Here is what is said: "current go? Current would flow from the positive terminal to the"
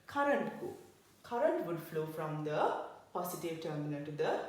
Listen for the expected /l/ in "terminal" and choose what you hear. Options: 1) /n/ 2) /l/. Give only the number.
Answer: 1